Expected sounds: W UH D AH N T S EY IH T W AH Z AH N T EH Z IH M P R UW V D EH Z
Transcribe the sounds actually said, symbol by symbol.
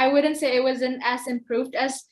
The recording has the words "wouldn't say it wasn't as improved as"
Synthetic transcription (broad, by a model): W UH D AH N T S EY IH T W AH Z AH N T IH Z IH M P R UW V D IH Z